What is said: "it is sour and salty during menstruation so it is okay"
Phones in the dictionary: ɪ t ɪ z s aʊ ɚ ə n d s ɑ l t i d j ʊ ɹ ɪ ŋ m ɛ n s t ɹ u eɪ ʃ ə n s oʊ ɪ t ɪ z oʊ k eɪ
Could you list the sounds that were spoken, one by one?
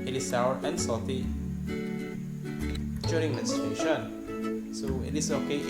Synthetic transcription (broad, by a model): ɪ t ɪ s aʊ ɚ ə n s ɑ t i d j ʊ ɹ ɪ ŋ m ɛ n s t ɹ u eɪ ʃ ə n s oʊ ɪ t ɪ s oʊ k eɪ